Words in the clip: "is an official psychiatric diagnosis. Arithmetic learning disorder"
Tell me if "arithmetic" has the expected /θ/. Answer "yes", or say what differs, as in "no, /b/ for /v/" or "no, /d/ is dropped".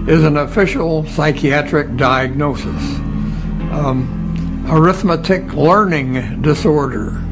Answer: yes